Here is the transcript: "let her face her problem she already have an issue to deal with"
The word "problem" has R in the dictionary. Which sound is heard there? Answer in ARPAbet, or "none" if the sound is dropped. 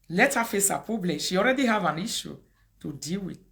none